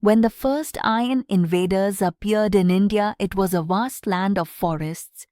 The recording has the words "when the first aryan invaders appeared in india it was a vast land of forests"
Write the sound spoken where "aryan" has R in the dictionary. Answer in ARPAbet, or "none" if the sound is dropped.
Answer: none